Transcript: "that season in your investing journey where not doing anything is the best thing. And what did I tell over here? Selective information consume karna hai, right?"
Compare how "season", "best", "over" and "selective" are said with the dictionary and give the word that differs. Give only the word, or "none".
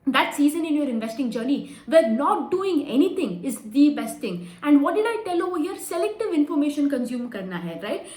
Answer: over